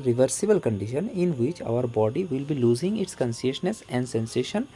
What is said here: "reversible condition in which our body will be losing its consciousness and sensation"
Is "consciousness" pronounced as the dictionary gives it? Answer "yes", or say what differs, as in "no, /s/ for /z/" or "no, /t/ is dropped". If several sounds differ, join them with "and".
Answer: no, /s/ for /ʃ/